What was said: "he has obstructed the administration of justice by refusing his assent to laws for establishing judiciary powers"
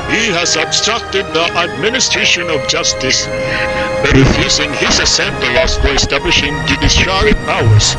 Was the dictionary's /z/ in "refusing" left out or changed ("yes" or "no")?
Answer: yes